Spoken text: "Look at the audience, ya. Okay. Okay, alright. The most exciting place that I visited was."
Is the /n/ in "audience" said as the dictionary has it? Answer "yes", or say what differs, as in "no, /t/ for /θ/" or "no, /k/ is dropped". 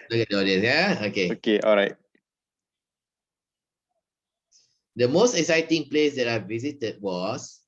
no, /n/ is dropped